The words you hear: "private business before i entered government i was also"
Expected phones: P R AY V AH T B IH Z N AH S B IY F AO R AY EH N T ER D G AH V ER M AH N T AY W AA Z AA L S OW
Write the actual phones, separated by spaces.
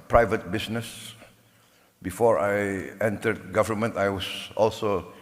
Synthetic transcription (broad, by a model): P R AY V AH T B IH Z N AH S B IY F AO R AY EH N T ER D G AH V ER M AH N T AY W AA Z AA L S OW